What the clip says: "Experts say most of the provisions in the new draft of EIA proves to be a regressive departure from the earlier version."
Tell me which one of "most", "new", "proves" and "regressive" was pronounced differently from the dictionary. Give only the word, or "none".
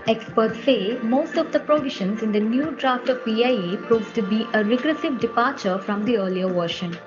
proves